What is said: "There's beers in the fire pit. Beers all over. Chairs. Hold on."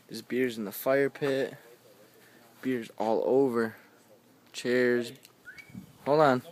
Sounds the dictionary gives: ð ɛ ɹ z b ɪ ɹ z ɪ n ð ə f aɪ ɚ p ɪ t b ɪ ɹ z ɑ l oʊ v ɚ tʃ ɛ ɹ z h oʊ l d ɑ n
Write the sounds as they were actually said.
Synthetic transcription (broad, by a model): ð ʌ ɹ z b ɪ ɹ z ɪ n ð ə f aɪ ɚ p ɪ t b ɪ ɹ z ɑ l oʊ v ɚ tʃ ɛ ɹ z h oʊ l ɑ n